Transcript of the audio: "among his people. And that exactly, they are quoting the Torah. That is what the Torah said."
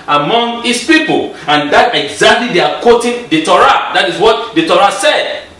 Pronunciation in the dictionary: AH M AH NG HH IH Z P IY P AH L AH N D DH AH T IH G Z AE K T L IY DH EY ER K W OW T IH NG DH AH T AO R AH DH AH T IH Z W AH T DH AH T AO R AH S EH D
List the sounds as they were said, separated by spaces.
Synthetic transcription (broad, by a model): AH M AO NG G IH S P IY P AH L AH N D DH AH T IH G Z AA K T L IY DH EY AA K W OW T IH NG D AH T AO R AH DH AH T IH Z W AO T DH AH T AO R AH S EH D